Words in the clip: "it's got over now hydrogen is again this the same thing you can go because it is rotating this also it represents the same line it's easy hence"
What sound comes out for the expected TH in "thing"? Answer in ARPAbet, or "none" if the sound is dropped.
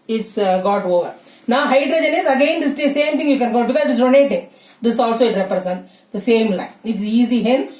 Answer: T